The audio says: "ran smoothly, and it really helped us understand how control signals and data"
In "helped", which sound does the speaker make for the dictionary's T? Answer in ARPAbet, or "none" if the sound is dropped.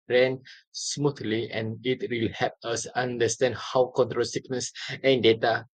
none